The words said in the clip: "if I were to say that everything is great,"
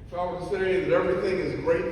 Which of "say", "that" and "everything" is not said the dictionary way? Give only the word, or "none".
none